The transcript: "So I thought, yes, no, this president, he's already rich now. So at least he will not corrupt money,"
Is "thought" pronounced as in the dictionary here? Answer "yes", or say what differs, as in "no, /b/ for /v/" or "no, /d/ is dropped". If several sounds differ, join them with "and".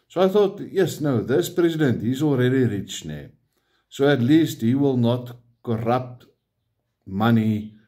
yes